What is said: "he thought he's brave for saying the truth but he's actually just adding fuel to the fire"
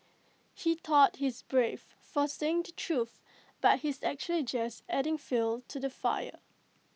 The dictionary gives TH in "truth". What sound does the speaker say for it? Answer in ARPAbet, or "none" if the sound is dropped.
TH